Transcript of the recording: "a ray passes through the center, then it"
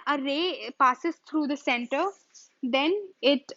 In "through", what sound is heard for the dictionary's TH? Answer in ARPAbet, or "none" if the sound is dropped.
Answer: T